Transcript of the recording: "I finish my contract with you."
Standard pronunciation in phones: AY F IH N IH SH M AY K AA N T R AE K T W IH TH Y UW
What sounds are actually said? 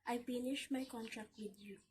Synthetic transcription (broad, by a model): AY P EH N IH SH M AY K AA N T R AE K T W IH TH Y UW